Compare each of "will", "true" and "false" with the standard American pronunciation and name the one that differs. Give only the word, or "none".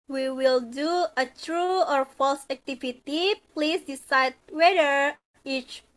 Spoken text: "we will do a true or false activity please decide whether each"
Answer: none